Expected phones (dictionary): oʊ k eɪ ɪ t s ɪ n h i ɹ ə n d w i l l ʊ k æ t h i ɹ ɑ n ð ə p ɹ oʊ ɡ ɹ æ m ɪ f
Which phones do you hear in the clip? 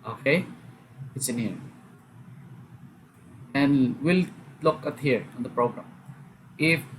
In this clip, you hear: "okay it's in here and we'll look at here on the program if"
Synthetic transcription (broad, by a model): oʊ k eɪ ɪ t s ɪ n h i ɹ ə n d w i l l ʊ k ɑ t h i ɹ ɑ n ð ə p ɹ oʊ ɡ ɹ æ m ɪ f